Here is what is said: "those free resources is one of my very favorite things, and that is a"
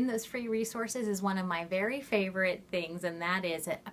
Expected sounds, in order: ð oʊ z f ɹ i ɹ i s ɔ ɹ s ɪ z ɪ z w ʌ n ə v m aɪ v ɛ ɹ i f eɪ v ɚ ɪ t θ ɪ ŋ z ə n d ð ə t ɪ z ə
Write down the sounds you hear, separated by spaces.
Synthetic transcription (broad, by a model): ð oʊ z f ɹ i ɹ i s ɔ ɹ s ɪ z ɪ z w ʌ n ə v m aɪ v ɛ ɹ i f eɪ v ɚ ɪ t θ ɪ ŋ z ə n ð ə t ɪ z